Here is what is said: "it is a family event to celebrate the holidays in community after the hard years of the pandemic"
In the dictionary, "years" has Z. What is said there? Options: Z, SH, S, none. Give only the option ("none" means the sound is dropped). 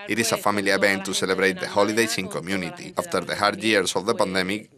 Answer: S